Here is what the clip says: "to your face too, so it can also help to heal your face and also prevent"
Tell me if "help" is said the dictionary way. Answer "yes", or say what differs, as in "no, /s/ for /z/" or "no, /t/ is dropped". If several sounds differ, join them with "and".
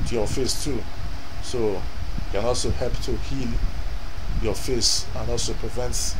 no, /l/ is dropped